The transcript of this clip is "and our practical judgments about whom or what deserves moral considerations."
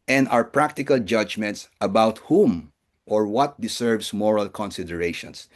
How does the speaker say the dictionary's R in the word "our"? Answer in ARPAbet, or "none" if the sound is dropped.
R